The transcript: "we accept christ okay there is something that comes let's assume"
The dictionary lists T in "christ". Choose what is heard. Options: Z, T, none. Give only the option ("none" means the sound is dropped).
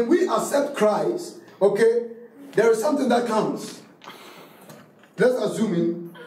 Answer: none